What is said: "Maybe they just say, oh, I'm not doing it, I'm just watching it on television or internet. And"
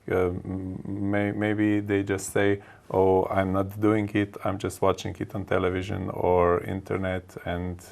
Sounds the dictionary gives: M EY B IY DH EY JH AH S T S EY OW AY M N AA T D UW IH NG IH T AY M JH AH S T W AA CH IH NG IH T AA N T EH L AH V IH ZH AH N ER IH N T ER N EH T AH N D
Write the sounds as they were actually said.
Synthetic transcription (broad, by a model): M EY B IY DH EY JH AH S T S EY OW AY M N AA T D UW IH NG IH T AY M JH AH S T W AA CH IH NG IH T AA N T EH L AH V IH ZH AH N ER IH N T ER N EH T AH N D